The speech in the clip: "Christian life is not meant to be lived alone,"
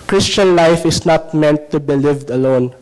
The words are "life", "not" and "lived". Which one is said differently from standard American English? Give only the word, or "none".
none